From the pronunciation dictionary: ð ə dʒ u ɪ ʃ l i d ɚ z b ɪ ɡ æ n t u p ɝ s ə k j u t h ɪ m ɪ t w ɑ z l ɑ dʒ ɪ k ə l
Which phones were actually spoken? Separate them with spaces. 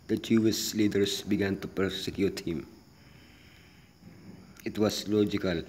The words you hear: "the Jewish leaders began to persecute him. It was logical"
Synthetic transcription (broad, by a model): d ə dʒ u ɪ s l i d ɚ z b ɪ ɡ æ n t u p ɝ s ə k j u t h ɪ m ɪ t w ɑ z l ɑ dʒ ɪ k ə l